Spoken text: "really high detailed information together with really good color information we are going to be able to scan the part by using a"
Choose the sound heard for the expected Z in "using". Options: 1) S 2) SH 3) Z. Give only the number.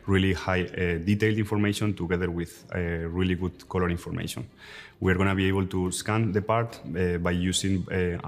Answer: 1